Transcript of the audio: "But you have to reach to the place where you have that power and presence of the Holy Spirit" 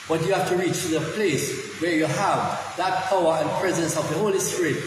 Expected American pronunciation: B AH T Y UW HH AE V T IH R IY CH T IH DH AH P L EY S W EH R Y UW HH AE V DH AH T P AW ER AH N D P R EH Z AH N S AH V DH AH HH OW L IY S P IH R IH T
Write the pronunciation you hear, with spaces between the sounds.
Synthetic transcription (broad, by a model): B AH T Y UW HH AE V T IH R IY CH T IH DH AH P L EY S W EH R Y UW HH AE V DH AH T P AW ER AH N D P R EH Z AH N S AH V DH AH HH OW L IY S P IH R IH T